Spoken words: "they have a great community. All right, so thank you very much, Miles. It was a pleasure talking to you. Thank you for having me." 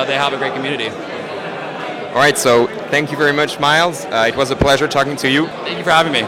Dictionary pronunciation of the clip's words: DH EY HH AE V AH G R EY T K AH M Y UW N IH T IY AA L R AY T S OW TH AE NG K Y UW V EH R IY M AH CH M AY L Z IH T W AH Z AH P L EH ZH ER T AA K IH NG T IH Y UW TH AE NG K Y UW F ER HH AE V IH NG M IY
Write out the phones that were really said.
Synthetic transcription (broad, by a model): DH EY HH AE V AH G R EY T K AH M Y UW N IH T IY AA L R AY T S OW TH AE NG K Y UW V EH R IY M AH CH M AY L Z IH T W AH Z AH P L EH ZH ER T AA K IH NG T IH Y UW TH AE NG K Y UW F ER HH AE V IH NG M IY